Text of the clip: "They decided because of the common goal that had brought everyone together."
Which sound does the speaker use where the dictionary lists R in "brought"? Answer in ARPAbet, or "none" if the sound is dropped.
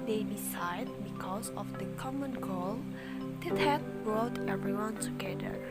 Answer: R